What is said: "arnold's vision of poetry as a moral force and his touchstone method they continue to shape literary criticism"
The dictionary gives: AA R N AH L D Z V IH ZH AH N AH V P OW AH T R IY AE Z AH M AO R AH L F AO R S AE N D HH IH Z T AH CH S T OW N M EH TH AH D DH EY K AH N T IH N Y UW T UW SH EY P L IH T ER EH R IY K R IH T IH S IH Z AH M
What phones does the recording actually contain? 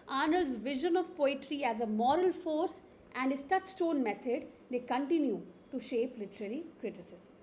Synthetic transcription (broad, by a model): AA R N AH L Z V IH ZH AH N AH V P OW AH T R IY AE Z AH M AO R AH L F AO R S AE N D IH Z T AH CH S T OW N M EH T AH D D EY K AH N T IH N Y UW T UW SH EY P L IH T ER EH R IY K R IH T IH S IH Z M